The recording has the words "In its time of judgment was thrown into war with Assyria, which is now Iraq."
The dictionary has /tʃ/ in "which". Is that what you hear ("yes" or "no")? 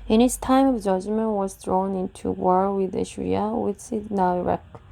no